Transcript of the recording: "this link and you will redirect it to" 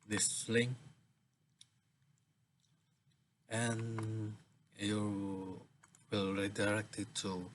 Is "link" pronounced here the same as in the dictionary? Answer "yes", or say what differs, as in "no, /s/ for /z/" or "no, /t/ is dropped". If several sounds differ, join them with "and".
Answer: no, /k/ is dropped